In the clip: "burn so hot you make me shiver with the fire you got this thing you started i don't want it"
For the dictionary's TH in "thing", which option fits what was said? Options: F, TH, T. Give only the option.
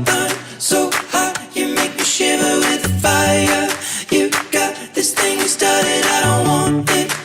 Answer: TH